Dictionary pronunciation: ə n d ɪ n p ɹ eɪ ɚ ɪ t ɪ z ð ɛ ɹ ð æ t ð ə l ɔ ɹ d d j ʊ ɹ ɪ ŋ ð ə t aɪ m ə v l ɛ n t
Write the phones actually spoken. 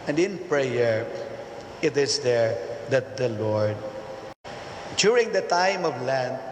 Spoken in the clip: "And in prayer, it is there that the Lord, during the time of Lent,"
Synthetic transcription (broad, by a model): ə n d ɪ n p ɹ eɪ ɚ ɪ t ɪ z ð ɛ ɹ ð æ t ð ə l ɔ ɹ d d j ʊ ɹ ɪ ŋ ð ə t aɪ m ə v l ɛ n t